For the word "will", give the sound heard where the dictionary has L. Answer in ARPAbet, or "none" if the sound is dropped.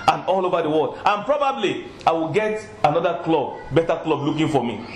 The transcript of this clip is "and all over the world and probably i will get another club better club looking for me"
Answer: L